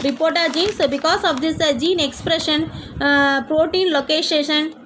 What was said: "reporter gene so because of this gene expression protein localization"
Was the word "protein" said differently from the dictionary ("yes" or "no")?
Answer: no